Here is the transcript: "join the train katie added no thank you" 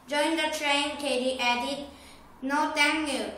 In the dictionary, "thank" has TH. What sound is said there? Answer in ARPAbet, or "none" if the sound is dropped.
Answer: T